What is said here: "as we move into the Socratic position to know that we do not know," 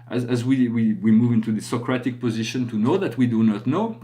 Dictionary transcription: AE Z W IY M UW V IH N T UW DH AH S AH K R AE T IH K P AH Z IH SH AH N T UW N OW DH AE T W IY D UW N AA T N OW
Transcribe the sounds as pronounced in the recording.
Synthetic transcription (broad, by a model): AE Z W IY M UW V IH N T UW DH AH S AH K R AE T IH K P AH Z IH SH AH N T UW N OW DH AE T W IY D UW N AA T N OW